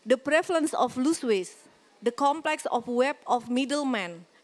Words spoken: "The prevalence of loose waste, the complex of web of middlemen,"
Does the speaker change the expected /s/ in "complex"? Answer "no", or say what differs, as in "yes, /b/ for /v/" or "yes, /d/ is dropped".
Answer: no